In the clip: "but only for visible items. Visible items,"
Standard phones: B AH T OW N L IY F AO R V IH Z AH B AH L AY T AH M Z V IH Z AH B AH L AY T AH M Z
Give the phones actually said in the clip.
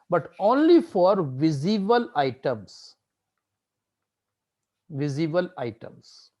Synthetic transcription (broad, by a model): B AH T OW N L IY F AO R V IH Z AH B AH L AY T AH M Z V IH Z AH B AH L AY T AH M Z